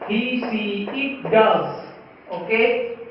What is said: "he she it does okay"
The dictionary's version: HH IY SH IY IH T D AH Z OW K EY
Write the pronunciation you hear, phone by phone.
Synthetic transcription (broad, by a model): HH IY S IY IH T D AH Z OW K EY